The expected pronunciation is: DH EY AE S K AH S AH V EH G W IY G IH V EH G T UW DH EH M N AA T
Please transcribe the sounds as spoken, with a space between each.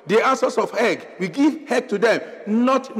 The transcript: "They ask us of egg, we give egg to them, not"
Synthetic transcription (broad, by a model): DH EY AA S AH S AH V EH G W IY G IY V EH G T UW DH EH M N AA T